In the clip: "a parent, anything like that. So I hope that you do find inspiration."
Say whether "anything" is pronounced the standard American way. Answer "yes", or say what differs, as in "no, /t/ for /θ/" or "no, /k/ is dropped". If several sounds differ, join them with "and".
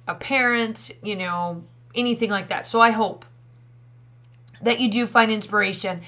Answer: yes